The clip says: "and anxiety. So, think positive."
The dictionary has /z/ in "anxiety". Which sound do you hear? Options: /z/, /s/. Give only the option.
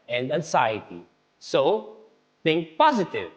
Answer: /s/